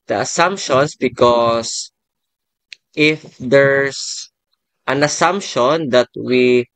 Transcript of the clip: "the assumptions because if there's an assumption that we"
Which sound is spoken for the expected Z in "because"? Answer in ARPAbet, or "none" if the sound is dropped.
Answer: S